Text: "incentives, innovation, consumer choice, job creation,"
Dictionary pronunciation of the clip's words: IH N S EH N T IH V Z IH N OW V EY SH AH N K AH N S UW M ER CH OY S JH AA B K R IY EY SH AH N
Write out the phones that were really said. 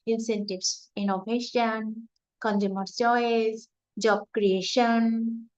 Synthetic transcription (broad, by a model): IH N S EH N T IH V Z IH N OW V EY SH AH N K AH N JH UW M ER S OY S JH AA B K R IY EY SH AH N